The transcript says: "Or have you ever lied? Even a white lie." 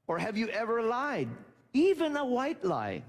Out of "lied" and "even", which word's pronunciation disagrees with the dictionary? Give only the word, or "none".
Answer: none